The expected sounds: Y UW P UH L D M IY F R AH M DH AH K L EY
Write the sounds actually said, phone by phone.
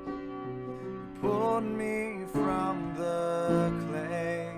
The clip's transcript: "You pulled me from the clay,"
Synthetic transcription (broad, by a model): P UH D M IY F R AH M DH AH K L EY